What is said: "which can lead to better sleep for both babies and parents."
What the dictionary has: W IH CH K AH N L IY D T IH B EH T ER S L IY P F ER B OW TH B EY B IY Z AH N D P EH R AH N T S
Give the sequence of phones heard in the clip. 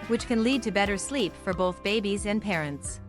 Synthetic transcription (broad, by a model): W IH CH K AH N L IY D T IH B EH T ER S L IY P F ER B OW TH B EY B IY Z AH N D P EH R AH N T S